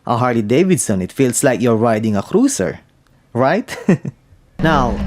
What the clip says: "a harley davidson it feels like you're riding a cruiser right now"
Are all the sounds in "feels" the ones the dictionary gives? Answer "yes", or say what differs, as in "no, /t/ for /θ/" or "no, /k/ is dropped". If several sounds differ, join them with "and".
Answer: no, /s/ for /z/